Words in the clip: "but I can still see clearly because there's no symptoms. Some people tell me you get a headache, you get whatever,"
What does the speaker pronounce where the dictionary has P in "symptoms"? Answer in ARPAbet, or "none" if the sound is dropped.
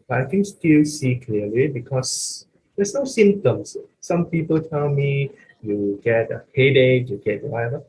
none